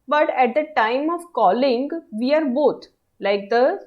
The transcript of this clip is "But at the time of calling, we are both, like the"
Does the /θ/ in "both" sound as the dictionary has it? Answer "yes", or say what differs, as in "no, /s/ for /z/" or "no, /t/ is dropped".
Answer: no, /t/ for /θ/